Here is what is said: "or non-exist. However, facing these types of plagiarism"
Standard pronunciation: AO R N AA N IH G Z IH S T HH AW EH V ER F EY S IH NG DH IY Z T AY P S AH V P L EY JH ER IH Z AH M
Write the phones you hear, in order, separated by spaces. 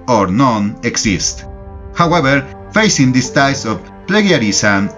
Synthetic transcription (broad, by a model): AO R N AA N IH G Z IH S T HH AW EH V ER F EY S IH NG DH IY S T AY S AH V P L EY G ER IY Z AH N